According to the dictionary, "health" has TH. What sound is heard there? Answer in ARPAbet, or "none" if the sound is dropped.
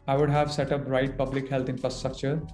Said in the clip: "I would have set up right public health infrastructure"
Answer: T